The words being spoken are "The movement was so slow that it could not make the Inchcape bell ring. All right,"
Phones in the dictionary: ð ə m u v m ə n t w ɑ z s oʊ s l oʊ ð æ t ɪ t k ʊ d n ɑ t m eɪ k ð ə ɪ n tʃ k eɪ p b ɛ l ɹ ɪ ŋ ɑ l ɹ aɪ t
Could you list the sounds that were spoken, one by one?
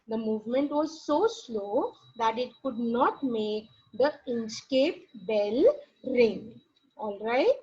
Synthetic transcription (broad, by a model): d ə m u v m ə n t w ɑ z s oʊ s l oʊ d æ t ɪ t k ʊ d n ɑ t m eɪ k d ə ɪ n s k eɪ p b ɛ l ɹ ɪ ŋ ɑ l ɹ aɪ t